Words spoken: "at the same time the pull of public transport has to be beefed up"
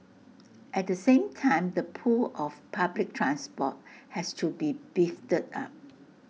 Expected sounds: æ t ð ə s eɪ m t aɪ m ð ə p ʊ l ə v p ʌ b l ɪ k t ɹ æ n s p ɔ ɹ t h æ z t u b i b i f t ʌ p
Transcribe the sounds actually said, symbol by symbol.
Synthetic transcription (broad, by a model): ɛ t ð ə s eɪ m t aɪ m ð ə p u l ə f p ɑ b l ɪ k t ɹ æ n s p ɔ t h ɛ s t u b i b i f t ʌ p